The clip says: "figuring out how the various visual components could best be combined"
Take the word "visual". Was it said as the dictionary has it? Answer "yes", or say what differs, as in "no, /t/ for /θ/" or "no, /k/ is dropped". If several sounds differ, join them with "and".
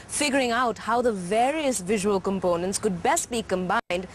yes